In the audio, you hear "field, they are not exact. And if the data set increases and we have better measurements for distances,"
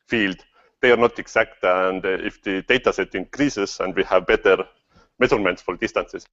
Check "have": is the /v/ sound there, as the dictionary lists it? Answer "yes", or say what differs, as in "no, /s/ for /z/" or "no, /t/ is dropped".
yes